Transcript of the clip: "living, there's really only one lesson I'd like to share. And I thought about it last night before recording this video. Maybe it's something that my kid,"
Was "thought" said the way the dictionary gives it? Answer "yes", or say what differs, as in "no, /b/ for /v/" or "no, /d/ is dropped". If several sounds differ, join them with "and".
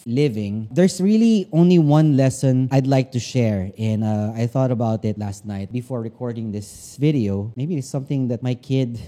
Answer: yes